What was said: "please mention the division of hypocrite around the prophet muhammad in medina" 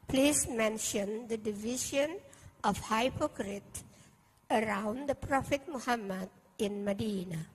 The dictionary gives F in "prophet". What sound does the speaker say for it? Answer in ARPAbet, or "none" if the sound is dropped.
F